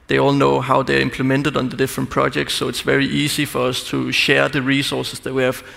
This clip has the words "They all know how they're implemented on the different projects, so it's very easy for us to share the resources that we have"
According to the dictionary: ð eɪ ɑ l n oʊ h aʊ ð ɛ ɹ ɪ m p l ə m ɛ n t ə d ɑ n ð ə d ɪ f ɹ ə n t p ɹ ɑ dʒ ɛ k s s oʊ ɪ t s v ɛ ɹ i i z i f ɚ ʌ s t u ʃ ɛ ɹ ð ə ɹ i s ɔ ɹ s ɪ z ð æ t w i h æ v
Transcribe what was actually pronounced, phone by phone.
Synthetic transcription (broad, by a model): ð eɪ ɑ l n oʊ h aʊ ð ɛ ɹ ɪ m p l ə m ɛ n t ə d n ð ə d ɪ f ɹ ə n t p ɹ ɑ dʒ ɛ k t s oʊ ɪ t s v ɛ ɹ i i s i f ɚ ʌ s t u ʃ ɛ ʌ ð ə ɹ i s ɔ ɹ s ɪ s ð æ t w i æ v